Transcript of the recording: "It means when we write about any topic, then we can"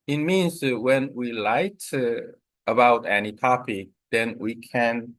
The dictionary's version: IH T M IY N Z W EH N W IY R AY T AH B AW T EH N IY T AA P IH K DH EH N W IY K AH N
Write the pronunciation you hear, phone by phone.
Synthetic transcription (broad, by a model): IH T M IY N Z W EH N W IY L AY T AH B AW T EH N IY T AA P IH K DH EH N W IY K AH N